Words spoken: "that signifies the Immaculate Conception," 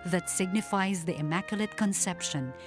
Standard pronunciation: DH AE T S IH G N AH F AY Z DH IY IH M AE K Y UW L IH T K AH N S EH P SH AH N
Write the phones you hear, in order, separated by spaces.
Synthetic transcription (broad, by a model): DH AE T S IH G N AH F AY Z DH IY IH M AE K Y UW L IH T K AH N S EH P SH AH N